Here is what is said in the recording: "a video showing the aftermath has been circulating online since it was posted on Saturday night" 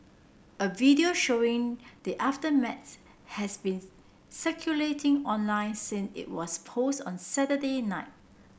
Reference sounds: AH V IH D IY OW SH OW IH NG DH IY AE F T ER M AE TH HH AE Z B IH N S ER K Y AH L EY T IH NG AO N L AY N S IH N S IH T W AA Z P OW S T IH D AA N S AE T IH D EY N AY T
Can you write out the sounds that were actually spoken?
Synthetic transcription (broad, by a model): AH V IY D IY OW SH OW IH NG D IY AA F T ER M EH S HH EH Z B IH N S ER K Y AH L EY T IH NG AO N L AY N S IH N S IH T W AA S P OW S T AA N S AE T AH D EY N AY T